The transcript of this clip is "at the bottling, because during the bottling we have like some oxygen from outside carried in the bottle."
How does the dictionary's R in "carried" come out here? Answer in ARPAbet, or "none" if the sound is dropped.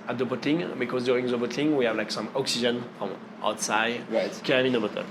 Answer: none